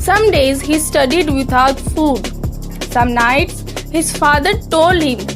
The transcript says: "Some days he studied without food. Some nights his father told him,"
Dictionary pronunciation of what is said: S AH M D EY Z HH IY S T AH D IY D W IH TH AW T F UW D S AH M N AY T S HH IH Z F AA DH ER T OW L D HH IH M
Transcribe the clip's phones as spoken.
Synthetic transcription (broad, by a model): S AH M D EY Z HH IY S T AH D IY D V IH T AW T F UW D S AH M N AY T S HH IH Z F AA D ER T OW L D HH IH M